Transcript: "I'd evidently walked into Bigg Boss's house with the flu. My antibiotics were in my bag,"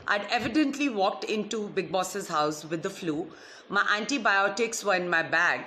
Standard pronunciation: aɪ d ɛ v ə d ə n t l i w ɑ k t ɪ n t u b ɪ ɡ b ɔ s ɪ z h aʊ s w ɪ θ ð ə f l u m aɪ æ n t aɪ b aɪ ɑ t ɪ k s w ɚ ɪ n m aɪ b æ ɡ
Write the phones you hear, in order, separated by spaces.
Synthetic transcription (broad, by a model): aɪ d ɛ v ə d ə n t l i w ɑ k t ɪ n t u b ɪ ɡ b ɔ s ɪ z h aʊ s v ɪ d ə f l u m aɪ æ n t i b aɪ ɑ t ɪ k s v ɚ ɪ n m aɪ b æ ɡ